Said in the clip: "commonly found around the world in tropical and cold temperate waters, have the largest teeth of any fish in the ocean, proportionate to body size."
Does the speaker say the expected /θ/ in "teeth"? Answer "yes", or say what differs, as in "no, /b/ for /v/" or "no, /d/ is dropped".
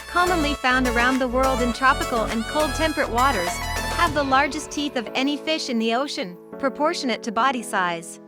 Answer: yes